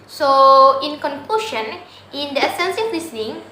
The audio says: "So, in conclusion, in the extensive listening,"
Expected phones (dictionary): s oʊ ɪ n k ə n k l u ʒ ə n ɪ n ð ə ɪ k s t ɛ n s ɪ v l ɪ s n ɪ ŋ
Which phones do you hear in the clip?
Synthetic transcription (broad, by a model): s oʊ ɪ n k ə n k l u ʃ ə n ɪ n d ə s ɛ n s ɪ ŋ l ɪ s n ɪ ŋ